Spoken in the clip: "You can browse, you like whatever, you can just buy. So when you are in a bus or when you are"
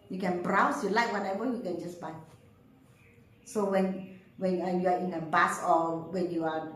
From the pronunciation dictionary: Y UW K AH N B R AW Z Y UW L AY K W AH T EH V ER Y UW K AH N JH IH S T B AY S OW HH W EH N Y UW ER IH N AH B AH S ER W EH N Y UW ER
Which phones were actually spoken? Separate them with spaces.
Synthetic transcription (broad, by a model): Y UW K AH N B R AW S Y UW L AY K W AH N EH W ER Y UW K AH N JH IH S B AY S OW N W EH N Y UW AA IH N AH B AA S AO W EH N Y UW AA